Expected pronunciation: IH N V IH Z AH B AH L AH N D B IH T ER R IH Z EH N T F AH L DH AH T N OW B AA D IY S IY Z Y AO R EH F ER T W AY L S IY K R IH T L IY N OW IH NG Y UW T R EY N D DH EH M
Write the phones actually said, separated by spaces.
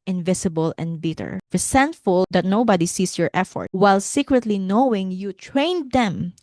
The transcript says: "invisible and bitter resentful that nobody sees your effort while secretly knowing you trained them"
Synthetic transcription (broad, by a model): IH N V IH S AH B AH L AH N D B IH T ER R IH S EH N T F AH L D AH T N OW B AA D IY S IY S Y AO R EH F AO T W AY L S IY K R IH T L IY N OW IH NG Y UW T R EY N D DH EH M